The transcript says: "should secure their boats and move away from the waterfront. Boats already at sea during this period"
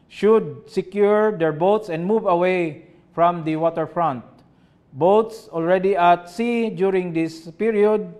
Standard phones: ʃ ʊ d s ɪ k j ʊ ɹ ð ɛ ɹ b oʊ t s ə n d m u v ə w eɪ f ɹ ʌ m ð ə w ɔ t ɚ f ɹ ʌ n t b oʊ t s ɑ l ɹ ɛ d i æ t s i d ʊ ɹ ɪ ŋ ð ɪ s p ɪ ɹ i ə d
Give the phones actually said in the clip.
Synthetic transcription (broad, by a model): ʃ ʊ d s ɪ k j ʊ ɹ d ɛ ɹ b oʊ t s ə n d m u v ə w eɪ f ɹ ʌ m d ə w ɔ t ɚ f ɹ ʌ n t b oʊ t s ɑ l ɹ ɛ d i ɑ t s i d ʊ ɹ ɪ ŋ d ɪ s p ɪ ɹ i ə d